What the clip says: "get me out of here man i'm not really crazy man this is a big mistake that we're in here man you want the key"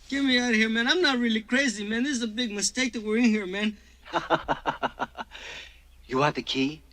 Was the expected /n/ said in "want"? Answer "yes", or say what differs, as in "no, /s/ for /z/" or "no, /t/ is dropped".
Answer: no, /n/ is dropped